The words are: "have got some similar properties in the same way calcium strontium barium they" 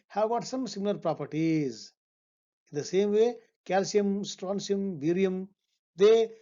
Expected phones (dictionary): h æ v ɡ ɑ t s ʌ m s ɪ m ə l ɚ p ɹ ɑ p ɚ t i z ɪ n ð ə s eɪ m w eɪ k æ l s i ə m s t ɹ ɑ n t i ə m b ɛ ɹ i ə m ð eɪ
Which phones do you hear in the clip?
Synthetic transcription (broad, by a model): h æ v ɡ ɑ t s ʌ m s ɪ m ə l ɚ p ɹ ɑ p ɚ t i z ɪ n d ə s eɪ m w eɪ k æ l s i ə m s t ɹ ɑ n s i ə m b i ɹ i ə m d eɪ